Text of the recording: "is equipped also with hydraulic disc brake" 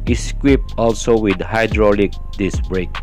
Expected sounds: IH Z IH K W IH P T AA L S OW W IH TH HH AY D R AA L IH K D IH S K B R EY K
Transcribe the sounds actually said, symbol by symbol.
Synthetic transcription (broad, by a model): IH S K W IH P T AA L S OW W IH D HH AY D R AA L IH K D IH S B R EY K